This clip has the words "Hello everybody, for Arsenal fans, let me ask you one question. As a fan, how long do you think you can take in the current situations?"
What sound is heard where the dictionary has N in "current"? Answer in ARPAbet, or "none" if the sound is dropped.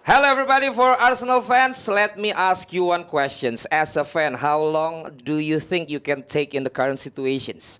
N